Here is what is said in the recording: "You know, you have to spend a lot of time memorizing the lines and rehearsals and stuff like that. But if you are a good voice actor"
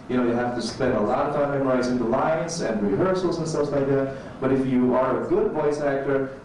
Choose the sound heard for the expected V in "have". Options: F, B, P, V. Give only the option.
F